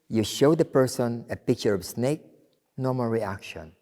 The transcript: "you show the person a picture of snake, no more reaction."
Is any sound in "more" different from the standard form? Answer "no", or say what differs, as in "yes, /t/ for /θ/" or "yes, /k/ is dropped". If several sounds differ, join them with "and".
yes, /l/ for /ɹ/